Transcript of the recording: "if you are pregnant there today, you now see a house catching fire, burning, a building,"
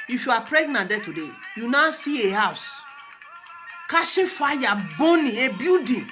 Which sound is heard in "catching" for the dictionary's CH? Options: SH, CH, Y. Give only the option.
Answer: SH